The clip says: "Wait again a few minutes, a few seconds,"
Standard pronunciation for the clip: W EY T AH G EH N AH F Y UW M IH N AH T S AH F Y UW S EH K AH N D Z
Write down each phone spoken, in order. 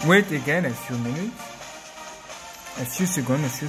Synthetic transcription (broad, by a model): W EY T AH G EH N AH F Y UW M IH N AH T AH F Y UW S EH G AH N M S